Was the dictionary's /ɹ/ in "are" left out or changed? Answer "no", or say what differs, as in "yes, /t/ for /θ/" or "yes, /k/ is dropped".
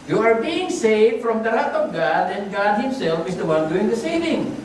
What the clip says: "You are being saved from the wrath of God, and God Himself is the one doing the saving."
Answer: no